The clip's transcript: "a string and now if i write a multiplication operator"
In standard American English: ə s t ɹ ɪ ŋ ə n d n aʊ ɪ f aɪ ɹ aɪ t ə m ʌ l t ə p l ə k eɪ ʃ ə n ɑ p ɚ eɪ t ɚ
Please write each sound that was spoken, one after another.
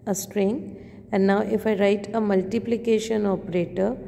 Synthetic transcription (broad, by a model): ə s t ɹ ɪ ŋ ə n d n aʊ ɪ f aɪ ɹ aɪ t ə m ʌ l t ə p l ə k eɪ ʃ ə n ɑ p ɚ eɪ t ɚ